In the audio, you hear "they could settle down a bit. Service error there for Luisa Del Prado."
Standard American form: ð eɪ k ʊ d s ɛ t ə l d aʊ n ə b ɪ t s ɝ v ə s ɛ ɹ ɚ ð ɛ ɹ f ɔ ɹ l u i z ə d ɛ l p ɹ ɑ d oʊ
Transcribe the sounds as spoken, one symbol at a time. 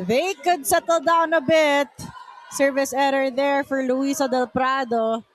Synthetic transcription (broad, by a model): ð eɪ k ʊ d s ɛ t ə l d aʊ n ə b ɪ t s ɝ v ə s ɛ ɹ ɚ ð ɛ ɹ f ɔ ɹ l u i s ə d ɛ l p ɹ ɑ d oʊ